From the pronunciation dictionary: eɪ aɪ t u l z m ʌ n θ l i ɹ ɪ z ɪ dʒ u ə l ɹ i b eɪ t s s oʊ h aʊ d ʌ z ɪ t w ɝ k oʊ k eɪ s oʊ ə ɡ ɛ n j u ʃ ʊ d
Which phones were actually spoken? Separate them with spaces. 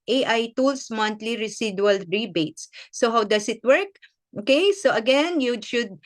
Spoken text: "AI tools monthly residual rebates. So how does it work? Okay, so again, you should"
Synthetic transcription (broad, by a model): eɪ aɪ t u l s m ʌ n t l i ɹ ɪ s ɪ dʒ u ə l ɹ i b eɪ t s s oʊ h aʊ d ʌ s ɪ t w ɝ k oʊ k eɪ s oʊ ə ɡ ɛ n j u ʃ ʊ d